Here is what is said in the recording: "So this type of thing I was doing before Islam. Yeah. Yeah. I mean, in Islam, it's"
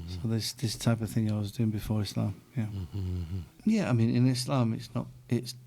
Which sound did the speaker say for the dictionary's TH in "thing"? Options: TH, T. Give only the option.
TH